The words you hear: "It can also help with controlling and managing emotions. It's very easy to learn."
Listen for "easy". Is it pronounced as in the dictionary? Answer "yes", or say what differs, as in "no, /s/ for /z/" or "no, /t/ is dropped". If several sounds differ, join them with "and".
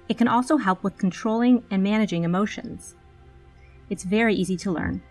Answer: yes